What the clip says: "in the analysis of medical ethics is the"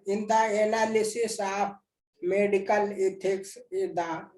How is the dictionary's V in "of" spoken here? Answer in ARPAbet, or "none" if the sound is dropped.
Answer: P